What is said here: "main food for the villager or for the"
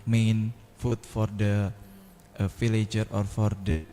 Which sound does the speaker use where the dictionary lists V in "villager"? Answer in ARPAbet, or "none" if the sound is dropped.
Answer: F